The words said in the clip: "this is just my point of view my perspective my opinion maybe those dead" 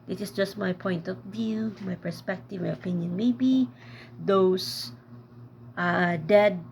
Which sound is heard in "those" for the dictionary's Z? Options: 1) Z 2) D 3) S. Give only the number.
3